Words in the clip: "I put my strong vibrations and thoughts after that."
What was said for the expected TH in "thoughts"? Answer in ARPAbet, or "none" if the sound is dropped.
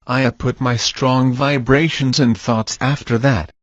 TH